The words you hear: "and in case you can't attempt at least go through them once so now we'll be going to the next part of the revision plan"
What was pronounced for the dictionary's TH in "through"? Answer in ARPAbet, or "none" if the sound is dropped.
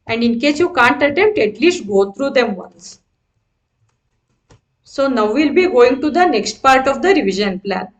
T